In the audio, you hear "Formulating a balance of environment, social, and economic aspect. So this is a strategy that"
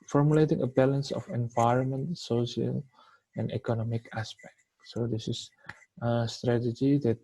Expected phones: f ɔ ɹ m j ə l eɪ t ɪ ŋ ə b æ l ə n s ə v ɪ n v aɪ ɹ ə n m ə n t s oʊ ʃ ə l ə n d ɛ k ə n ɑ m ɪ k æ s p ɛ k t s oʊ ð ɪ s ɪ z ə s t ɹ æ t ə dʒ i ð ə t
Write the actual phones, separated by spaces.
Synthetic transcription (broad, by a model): f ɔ ɹ m j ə l eɪ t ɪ ŋ ə b æ l ə n s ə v ɪ n v aɪ ɹ ə n m ə n t s oʊ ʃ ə l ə n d ɛ k ə n ɑ m ɪ k æ s p ɛ k t s oʊ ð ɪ s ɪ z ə s t ɹ æ t ə dʒ i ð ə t